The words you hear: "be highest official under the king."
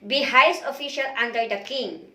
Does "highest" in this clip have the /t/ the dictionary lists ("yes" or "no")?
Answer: no